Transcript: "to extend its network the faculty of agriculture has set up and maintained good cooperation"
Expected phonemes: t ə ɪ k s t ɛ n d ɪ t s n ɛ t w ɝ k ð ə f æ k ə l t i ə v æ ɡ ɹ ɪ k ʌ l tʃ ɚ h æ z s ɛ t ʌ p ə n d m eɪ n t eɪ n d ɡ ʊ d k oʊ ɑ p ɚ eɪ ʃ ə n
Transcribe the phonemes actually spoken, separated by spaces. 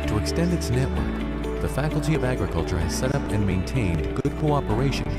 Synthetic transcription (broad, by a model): t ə ɪ k s t ɛ n d ɪ t s n ɛ t w ɝ k ð ə f æ k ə l t i ə v æ ɡ ɹ ɪ k ʌ l tʃ ɚ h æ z s ɛ t ʌ p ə n m eɪ n t eɪ n ɡ ʊ d k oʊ ɑ p ɚ eɪ ʃ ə n